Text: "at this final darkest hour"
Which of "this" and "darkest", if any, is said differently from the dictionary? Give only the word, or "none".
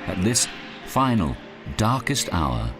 none